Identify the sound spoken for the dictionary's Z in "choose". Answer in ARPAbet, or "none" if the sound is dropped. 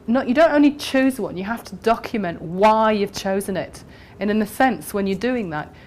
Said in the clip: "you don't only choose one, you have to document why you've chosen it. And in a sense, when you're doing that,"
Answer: Z